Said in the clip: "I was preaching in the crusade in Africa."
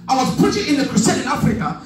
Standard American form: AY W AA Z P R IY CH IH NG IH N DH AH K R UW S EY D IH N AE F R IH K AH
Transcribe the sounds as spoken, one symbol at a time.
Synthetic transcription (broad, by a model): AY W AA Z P UH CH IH IH N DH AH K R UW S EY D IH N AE F R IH K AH